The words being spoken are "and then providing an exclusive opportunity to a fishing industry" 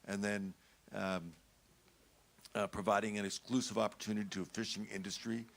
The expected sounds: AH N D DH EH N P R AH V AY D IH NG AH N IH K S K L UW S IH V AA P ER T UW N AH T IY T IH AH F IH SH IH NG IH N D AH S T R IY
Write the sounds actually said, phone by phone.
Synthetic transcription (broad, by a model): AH N DH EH N P R AH V AY D IH NG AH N IH K S K L UW S IH V AA P ER T UW N AH T IY T IH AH F IH SH IH NG IH N D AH S T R IY